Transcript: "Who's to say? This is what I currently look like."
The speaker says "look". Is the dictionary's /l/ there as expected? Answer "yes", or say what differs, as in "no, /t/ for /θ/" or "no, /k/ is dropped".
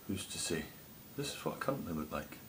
no, /w/ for /l/